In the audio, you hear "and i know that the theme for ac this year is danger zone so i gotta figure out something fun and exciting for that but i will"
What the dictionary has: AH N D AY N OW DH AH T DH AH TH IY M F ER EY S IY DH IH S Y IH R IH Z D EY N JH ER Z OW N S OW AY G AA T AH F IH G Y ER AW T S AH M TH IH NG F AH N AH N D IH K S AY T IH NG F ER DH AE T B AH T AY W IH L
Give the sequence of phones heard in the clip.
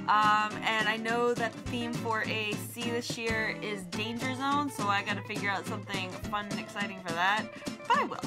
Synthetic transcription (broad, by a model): AH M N AY N OW DH AH T DH AH TH IY M F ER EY S IY DH IH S Y IH R IH Z D EY N JH ER Z OW N S OW AY G AA T AH F IH G Y ER AW T S AH M TH IH NG F AH N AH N IH K S AY T IH NG F ER DH AE T B AH T AY W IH L